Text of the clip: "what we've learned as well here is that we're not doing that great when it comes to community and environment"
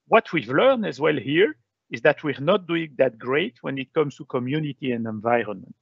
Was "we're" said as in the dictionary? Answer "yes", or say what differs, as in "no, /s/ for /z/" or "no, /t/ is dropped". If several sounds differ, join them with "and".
yes